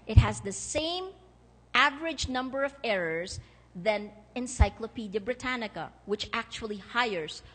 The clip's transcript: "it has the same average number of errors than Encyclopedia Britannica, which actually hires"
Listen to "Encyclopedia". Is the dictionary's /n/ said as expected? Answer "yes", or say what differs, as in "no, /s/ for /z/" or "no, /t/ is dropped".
yes